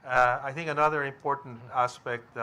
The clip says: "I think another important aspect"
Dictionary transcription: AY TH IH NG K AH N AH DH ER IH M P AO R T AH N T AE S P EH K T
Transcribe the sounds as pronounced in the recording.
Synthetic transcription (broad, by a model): AY TH IH NG K AH N AH DH ER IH M P AO R T N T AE S P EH K T